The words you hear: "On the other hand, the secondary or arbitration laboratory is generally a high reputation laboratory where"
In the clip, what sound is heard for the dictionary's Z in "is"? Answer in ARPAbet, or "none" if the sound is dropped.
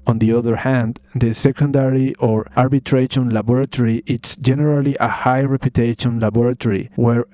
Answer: S